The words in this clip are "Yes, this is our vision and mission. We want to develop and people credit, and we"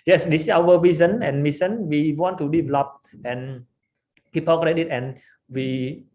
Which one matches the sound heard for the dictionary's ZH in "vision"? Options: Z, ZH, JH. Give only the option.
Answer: Z